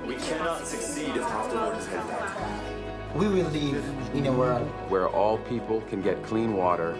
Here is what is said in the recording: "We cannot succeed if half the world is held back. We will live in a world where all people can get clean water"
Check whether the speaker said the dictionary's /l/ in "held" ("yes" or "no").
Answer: no